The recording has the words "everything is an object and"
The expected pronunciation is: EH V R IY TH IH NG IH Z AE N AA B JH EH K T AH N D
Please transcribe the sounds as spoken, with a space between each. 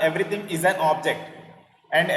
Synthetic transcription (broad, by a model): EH V R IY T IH NG IH Z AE N AA B JH EH K T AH N D